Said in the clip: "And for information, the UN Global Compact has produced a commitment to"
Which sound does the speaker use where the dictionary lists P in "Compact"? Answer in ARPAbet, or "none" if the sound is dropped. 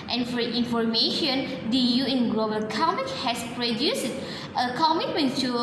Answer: none